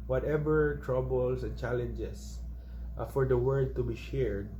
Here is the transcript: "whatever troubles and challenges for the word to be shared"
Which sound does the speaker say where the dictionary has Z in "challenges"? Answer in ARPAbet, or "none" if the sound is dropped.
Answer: S